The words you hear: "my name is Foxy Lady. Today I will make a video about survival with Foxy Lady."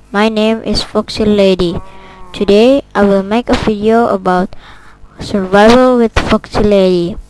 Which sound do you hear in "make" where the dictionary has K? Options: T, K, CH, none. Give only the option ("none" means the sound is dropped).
K